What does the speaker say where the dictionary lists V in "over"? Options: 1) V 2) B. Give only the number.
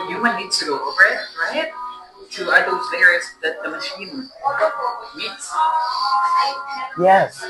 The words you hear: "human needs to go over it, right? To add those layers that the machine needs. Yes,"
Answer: 2